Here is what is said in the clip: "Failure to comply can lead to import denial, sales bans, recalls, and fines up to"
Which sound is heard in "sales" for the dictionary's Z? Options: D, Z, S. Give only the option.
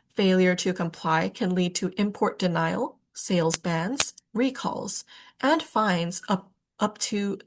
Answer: Z